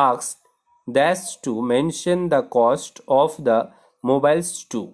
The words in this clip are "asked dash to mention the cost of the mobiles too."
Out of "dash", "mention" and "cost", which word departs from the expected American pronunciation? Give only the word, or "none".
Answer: dash